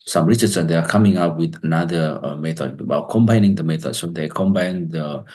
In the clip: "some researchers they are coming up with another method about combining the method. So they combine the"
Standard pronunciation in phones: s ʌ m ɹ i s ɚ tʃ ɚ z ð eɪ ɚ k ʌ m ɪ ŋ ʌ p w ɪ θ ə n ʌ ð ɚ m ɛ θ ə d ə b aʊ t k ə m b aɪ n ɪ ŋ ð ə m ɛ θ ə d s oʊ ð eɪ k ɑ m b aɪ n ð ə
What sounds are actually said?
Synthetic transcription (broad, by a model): s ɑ m ɹ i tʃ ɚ s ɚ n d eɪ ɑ k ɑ m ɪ ŋ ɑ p w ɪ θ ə n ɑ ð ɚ m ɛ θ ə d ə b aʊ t k ə m b aɪ n ɪ ŋ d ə m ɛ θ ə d s oʊ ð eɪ k ɑ m b aɪ n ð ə